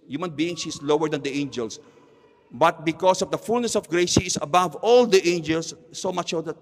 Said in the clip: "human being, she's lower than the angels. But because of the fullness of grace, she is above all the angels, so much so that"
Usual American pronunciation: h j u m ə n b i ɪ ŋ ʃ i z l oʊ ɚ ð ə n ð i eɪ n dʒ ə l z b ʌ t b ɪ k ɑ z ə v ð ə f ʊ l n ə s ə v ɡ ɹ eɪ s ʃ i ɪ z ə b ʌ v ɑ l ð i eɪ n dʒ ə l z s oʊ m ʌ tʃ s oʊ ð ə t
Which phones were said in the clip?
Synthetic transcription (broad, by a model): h j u m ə n b i ɪ ŋ s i s l oʊ ɚ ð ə n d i eɪ n dʒ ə l s b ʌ t b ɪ k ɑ s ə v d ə f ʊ l n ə s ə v ɡ ɹ eɪ s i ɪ s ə b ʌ v ɑ l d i eɪ n dʒ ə l s oʊ m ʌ tʃ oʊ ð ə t